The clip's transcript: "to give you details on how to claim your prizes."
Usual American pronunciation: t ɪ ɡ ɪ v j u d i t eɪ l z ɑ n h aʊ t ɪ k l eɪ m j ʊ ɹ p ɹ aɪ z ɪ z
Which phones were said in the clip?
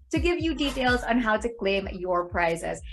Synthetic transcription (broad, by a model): t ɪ ɡ ɪ v j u d i t eɪ l z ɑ n h aʊ t ɪ k l eɪ m j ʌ ɹ p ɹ aɪ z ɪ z